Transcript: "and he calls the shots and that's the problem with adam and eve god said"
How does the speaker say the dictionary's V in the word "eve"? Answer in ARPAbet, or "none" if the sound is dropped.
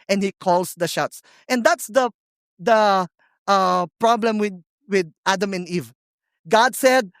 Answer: V